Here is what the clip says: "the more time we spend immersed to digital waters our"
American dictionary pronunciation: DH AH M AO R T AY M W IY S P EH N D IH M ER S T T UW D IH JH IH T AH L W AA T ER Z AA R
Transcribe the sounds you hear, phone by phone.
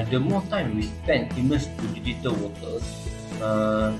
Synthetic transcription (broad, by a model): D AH M AO T AY M W IY S P EH N IH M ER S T T UW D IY JH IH T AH L W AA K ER S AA